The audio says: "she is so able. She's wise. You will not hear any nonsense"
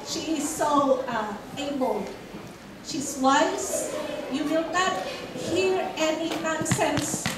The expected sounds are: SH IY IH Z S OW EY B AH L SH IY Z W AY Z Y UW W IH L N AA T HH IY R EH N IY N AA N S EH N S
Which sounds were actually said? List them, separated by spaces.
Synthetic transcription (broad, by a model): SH IY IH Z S OW EY B AH L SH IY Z W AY S Y UW W IH L N AA T HH IY R EH N IY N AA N S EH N S